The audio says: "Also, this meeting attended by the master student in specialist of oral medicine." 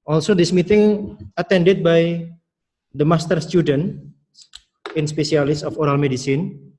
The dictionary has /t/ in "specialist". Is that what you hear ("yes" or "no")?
no